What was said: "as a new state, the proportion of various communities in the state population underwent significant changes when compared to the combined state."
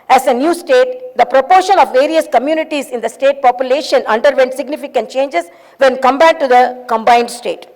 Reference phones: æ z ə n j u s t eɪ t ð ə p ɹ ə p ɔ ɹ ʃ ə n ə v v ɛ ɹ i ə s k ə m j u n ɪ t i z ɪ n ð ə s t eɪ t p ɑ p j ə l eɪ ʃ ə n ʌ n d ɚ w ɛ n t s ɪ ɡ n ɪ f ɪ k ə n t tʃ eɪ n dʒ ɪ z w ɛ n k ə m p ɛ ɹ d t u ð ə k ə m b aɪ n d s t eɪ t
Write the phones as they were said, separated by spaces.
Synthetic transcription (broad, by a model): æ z ə n j u s t eɪ t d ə p ɹ ə p ɔ ɹ ʃ ə n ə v v ɛ ɹ i ə s k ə m j u n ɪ t i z ɪ n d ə s t eɪ t p ɑ p j ə l eɪ ʃ ə n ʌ n d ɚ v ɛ n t s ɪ ɡ n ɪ f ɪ k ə n t tʃ eɪ n dʒ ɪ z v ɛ n k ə m b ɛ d t u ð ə k ə m b aɪ n d s t eɪ t